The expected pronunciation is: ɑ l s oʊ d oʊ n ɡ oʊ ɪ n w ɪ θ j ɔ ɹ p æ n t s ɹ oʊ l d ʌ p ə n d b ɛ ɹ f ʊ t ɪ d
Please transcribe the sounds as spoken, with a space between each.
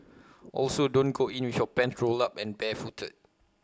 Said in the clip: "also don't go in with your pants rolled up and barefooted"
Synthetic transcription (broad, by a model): ɑ l s oʊ d oʊ n ɡ oʊ ɪ n w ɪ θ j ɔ p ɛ n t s ɹ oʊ l ʌ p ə n b ɛ f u t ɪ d